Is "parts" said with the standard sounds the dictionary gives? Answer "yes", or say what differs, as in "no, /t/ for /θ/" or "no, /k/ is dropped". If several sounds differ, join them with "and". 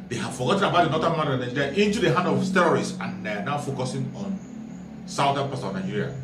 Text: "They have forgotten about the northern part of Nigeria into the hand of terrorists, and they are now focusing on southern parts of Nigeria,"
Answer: no, /s/ is dropped